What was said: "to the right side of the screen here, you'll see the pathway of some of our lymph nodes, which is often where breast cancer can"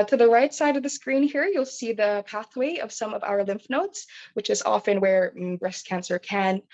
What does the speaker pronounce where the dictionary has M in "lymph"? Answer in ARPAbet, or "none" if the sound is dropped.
M